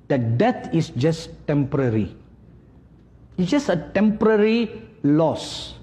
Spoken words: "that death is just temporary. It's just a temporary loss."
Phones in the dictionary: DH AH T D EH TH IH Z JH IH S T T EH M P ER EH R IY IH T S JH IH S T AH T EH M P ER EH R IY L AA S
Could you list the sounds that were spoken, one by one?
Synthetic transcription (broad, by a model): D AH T D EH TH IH S JH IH S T T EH M P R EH R IY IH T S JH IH S AH T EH M P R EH R IY L AA S